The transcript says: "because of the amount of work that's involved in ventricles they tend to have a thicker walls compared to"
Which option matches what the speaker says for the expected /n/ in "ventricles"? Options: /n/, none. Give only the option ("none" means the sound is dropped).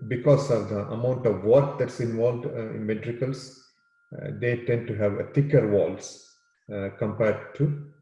none